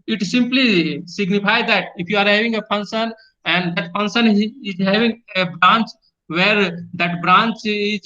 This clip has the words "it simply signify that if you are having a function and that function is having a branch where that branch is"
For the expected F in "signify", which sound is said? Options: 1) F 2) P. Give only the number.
2